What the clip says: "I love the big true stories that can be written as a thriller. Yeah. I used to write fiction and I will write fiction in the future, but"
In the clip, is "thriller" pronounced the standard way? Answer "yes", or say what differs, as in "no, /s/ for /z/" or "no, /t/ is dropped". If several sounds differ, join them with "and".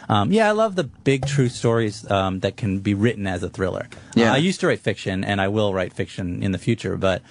yes